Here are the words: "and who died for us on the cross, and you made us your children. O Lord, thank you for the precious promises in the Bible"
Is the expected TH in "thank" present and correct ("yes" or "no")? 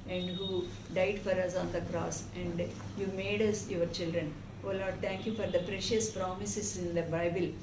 no